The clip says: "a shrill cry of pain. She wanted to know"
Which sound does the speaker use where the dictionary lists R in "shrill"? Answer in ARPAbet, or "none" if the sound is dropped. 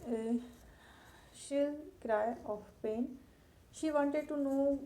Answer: none